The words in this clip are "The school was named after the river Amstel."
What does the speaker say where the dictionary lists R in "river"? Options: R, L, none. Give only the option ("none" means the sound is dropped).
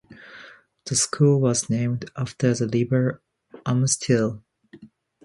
L